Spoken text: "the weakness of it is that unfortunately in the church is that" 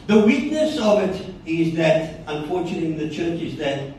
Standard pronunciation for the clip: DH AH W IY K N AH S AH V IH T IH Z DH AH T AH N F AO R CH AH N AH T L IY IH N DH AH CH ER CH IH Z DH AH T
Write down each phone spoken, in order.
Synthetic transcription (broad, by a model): DH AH W IY K N AH S AH V IH T IH Z DH AH T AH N F AO R CH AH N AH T IY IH DH AH CH ER CH IH Z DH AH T